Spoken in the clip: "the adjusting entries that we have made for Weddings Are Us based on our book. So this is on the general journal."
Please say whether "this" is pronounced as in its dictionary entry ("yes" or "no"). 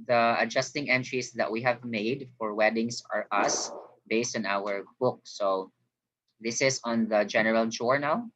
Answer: yes